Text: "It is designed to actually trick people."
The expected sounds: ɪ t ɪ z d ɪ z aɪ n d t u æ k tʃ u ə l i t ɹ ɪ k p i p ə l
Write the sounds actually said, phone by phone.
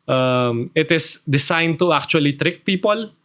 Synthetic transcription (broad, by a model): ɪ t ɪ s d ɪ s aɪ n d t u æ k tʃ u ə l i t ɹ ɪ k p i p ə l